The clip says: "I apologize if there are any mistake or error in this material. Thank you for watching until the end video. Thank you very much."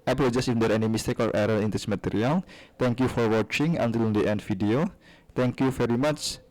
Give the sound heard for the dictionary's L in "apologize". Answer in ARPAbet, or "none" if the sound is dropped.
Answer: none